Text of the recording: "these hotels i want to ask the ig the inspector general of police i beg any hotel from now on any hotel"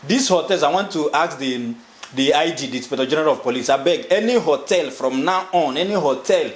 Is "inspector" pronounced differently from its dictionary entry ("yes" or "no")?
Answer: yes